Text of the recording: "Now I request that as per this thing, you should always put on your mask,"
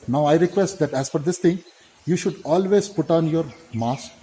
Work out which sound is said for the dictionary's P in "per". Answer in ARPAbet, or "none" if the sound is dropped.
F